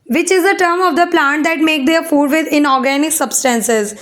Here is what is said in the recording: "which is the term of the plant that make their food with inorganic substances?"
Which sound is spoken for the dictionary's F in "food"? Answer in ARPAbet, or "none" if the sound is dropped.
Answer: F